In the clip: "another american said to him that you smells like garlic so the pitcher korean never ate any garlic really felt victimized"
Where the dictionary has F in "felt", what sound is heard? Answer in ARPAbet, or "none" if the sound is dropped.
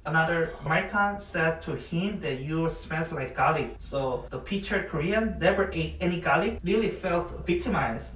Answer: F